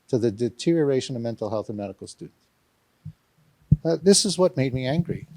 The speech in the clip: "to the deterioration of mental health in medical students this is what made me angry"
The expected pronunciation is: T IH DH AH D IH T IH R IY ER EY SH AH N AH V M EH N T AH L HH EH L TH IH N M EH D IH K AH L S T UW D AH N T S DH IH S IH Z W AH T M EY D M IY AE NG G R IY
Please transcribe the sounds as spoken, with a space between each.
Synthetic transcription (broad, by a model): T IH DH AH D IH T IH R IY ER EY SH AH N AH V M EH N T L HH EH L TH IH N M EH D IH K L S T UW D N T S DH IH S IH Z W AH T M EY D M IY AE NG G R IY